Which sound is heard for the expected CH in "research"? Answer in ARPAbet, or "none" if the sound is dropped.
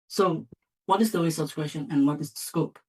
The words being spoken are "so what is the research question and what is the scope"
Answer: S